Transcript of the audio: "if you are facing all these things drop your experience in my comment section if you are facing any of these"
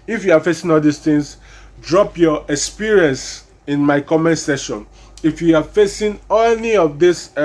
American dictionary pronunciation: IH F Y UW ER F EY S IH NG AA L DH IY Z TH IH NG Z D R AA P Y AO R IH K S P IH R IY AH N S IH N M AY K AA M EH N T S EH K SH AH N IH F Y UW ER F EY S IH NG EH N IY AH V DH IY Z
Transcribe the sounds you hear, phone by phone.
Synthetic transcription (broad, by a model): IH F Y UW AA F EY S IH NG AA L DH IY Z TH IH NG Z D R AA P Y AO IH K S P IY R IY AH N S IH N M AY K AA M EH N T S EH SH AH N IH F Y UW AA F EY S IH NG EH N IY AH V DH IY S